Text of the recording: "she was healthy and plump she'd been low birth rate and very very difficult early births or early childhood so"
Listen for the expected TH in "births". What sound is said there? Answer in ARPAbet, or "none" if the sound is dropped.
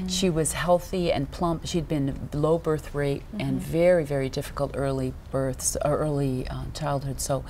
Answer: TH